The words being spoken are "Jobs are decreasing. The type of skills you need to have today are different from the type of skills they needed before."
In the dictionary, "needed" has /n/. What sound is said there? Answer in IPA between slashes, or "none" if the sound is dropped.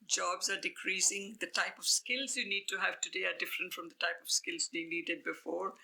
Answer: /l/